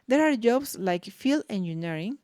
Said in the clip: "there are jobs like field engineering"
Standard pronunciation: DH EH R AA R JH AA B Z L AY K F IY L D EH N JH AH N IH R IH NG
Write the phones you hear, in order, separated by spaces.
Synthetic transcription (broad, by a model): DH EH R AA R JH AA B S L AY K F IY L EH N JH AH N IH R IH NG